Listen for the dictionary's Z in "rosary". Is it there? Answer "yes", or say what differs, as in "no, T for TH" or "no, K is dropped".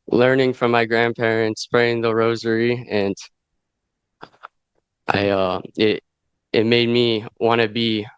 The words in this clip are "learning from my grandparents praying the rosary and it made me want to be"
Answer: yes